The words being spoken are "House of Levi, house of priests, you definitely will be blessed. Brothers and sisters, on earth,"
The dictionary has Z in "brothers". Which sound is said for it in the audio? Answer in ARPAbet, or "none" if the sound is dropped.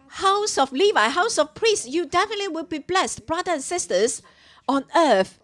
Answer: none